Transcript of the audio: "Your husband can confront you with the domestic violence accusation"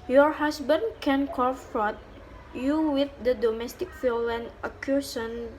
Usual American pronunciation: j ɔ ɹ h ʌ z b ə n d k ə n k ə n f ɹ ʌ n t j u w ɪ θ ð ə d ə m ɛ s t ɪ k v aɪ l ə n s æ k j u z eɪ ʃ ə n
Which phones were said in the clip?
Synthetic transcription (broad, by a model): j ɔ ɹ h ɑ s b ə n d k ə n k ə f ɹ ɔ t j u w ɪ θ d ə d ə m ɛ s t ɪ k f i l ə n ʌ k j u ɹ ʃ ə n